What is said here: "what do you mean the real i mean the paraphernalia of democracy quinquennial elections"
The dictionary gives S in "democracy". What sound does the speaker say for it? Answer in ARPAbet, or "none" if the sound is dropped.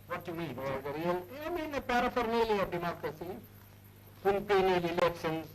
S